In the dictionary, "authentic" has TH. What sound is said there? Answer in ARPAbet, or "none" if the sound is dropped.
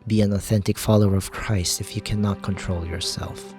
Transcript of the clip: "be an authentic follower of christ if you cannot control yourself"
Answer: TH